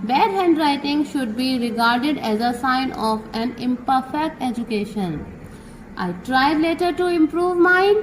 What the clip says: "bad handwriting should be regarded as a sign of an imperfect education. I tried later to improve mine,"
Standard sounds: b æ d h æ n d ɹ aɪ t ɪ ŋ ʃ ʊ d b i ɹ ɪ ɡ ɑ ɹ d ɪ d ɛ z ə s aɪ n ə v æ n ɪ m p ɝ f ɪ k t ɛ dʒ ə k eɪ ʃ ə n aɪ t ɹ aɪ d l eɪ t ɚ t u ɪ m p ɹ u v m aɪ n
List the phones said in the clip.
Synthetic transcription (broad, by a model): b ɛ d h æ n d ɹ aɪ t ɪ ŋ ʃ ʊ d b i ɹ ɪ ɡ ɑ ɹ d ɪ d ɛ z ə s aɪ n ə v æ n ɪ m p ɝ f ɪ k t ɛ dʒ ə k eɪ ʃ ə n aɪ t ɹ aɪ d l eɪ t ɚ t u ɪ m p ɹ u v m aɪ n